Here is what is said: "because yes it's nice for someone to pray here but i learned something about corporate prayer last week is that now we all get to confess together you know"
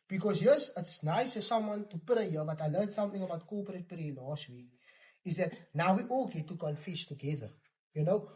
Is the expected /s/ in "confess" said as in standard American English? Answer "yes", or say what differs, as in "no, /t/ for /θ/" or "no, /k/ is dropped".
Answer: no, /ʃ/ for /s/